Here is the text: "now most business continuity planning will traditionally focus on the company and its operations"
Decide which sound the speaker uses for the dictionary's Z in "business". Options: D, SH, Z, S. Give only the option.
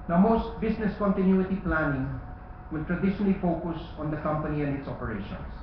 S